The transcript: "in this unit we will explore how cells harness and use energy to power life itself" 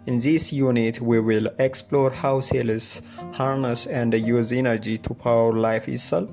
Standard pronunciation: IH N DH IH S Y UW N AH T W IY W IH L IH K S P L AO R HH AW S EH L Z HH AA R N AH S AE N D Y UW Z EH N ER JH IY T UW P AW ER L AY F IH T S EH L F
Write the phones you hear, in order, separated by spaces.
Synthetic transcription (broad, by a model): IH N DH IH S Y UW N AH T W IY W IH L IH K S P L AO R HH AW S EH L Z HH AA R N AH S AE N D Y UW Z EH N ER JH IY T UW P AW ER L AY F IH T S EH L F